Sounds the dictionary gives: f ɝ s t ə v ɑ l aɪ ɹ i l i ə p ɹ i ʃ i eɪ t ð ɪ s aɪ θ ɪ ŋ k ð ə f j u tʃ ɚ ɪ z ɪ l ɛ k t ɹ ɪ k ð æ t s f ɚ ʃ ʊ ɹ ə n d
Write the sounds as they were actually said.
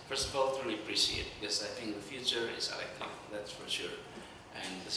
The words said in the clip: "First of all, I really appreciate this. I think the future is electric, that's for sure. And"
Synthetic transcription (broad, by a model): f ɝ s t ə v ɑ l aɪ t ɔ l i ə p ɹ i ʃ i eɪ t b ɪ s aɪ θ ɪ ŋ k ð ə f j u tʃ ɚ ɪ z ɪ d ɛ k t ɪ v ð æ t s f ɚ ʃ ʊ ɹ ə n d